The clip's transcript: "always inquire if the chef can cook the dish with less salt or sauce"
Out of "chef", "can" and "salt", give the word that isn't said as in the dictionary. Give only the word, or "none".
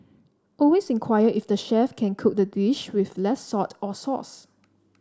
salt